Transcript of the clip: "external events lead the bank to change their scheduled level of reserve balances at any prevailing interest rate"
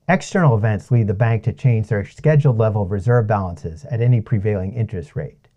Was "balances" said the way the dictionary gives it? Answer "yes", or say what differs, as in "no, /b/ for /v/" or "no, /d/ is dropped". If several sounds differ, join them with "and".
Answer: yes